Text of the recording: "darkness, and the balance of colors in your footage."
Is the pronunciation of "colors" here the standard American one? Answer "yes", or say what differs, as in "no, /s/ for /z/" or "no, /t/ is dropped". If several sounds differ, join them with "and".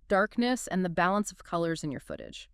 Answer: yes